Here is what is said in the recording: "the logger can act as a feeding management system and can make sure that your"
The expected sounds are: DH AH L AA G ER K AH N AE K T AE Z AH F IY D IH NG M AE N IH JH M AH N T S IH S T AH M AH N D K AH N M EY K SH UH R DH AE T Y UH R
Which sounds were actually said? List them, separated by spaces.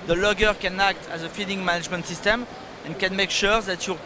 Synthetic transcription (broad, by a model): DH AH L AA G ER K AH N AE K T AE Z AH F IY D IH NG M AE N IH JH M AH N T S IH S T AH M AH N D K AH N M EY K SH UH R DH AE T Y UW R